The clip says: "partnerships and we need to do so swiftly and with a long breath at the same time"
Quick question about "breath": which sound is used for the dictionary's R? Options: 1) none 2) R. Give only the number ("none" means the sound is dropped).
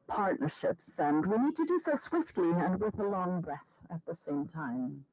2